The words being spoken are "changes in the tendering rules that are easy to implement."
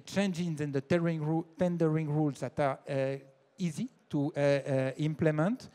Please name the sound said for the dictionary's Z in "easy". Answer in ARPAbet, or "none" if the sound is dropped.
Z